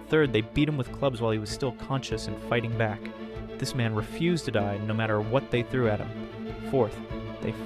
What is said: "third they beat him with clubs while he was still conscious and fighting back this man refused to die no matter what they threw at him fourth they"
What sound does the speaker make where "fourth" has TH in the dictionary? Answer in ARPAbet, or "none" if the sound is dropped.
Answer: TH